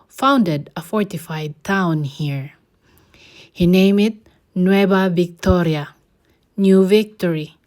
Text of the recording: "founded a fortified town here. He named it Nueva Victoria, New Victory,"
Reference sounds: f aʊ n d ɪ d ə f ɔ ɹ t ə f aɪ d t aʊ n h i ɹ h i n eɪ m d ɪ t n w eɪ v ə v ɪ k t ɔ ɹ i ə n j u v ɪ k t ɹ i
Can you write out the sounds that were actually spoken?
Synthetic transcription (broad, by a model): f aʊ n d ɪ d ə f ɔ ɹ t ə f aɪ d t aʊ n h i ɹ h i n eɪ m ɪ t n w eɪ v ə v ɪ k t ɔ ɹ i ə n j u v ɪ k t ɹ i